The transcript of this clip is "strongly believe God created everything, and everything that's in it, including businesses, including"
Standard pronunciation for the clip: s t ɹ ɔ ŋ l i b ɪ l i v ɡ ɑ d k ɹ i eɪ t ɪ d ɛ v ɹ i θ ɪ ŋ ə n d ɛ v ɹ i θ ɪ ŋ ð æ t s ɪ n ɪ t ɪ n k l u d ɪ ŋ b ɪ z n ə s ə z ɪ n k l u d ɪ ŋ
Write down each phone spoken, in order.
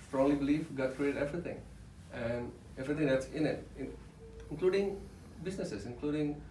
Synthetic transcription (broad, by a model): s t ɹ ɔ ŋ l i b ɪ l i f ɡ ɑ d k ɹ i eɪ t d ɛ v ɹ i t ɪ ŋ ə n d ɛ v ɹ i t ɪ ŋ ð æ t s ɪ n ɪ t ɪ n k l u d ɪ ŋ b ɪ s n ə s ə s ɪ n k l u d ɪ ŋ